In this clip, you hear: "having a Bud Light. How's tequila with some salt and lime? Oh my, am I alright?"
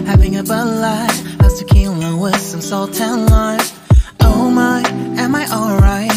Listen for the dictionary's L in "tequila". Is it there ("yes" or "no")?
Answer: no